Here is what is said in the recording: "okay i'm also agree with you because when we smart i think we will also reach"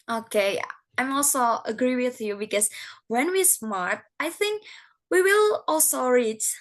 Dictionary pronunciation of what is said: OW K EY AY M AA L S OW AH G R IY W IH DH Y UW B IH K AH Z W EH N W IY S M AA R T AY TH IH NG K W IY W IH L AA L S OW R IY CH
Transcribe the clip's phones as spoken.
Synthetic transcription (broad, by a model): OW K EY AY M AA L S OW AH G R IY W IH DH Y UW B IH K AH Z W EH N W IY S M AA R T AY TH IH NG K W IY W IH L AA L S OW R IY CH